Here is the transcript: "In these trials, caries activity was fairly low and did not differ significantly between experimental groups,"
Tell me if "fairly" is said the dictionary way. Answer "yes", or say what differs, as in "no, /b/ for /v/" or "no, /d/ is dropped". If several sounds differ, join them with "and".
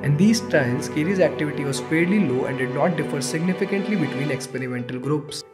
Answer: no, /p/ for /f/